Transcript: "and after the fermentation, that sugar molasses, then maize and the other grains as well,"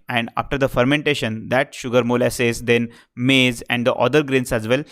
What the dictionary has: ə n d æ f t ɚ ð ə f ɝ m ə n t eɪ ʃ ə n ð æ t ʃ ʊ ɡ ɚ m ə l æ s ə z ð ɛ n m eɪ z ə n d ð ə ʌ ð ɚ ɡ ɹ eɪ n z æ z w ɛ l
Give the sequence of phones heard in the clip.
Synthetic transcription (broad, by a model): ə n d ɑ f t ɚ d ə f ɝ m ə n t eɪ ʃ ə n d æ t ʃ ʊ ɡ ɚ m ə l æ s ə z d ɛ n m eɪ z ə n d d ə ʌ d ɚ ɡ ɹ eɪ n s æ z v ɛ l